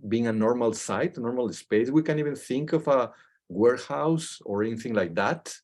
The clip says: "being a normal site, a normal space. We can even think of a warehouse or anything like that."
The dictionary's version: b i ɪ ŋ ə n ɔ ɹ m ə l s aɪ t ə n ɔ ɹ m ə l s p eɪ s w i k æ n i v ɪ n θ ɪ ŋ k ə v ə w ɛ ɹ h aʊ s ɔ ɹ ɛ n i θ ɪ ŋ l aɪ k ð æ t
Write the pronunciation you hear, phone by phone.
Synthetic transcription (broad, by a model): b i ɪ ŋ ə n ɔ ɹ m ə l s aɪ t ə n ɔ ɹ m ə l s p eɪ s w i k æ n i v ɪ n θ ɪ ŋ k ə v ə w ɛ ɹ h aʊ s ɔ ɹ ɛ n i θ ɪ ŋ l aɪ k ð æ t